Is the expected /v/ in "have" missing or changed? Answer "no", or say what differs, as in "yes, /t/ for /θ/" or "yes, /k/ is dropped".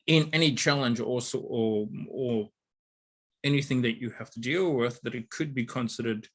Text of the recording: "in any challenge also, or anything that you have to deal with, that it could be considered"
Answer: yes, /f/ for /v/